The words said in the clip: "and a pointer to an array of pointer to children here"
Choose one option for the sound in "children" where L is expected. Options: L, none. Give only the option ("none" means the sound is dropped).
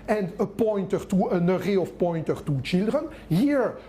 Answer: L